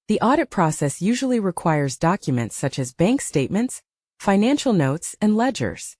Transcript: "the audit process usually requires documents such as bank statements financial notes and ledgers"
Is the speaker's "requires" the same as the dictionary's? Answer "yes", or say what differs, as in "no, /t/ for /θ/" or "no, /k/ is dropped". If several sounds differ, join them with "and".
yes